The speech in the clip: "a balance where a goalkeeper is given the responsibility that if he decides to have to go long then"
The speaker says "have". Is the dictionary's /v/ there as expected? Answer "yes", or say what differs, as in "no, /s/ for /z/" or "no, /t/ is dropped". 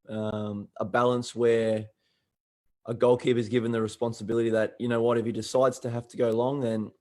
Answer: no, /f/ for /v/